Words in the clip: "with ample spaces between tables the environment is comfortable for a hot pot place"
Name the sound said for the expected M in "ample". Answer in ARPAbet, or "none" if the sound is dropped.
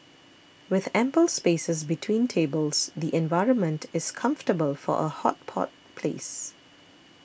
M